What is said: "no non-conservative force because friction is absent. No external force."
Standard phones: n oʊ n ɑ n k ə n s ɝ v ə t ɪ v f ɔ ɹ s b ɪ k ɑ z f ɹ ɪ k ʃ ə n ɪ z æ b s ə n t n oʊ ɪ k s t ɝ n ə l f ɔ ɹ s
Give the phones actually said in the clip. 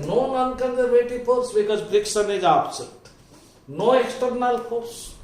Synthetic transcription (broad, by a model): n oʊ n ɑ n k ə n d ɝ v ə t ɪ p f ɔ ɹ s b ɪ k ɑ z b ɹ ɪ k s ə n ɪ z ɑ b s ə t n oʊ ɪ k s t ɝ n ə l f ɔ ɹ s